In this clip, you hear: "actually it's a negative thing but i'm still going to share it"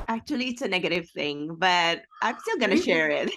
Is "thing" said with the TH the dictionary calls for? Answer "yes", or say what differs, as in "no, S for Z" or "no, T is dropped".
yes